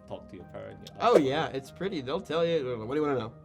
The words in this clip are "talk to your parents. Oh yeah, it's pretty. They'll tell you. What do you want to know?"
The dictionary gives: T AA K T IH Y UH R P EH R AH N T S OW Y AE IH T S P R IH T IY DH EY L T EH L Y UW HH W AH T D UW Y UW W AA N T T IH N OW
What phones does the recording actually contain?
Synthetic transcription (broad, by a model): T AA K T IH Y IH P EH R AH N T OW Y AE IH T S P R IH T IY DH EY L T EH L Y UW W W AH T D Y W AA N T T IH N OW